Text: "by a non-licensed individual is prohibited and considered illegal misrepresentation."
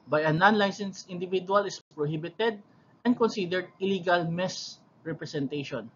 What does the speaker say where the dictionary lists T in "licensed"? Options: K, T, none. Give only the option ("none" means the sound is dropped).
none